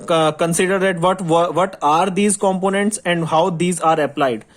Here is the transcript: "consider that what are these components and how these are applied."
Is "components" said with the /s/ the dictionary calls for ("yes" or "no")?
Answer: yes